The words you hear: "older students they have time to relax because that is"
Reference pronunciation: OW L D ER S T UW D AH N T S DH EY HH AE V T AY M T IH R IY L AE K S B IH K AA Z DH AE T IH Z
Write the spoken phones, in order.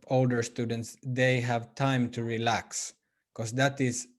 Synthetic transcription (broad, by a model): OW L D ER S T UW D AH N T S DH EY HH AE V T AY M T IH R IY L AE K S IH K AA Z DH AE T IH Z